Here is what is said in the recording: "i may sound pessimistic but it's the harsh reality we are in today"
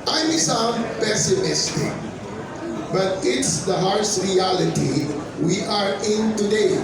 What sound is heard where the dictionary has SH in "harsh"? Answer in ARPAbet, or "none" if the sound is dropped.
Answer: S